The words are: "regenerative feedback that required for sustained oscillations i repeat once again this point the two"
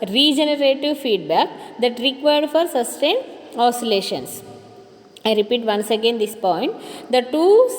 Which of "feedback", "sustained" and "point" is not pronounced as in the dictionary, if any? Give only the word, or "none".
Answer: sustained